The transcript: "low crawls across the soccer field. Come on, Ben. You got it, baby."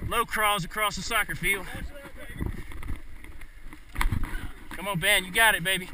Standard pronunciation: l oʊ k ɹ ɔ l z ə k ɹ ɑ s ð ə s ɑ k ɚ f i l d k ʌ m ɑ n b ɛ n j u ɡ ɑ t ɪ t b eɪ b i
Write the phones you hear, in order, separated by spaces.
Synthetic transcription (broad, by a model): l oʊ k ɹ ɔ z ə k ɹ ɑ s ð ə s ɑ k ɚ f i l d k ʌ m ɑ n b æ n j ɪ ɡ ɑ t ɪ t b eɪ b i